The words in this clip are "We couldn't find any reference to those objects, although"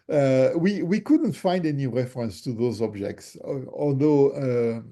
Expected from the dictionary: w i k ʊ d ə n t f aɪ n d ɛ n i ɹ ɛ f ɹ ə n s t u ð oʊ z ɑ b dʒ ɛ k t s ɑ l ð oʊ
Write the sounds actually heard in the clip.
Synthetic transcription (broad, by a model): w i k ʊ d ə n t f aɪ n d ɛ n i ɹ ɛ f ɹ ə n s t u ð oʊ z ɑ b dʒ ɛ k t s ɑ l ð oʊ